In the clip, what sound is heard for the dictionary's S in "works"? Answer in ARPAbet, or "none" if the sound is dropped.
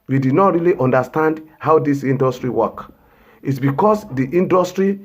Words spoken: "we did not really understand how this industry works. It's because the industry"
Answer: none